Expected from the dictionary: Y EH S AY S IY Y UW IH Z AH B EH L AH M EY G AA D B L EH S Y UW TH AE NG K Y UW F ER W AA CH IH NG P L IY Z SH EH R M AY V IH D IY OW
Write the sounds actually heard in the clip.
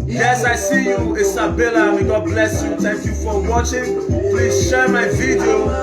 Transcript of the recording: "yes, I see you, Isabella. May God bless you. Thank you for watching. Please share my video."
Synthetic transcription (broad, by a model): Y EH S AY S IY Y UW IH S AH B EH L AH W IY G AA D B L EH S Y UW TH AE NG K Y UW F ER W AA CH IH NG P L IY Z SH EH R M AY V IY D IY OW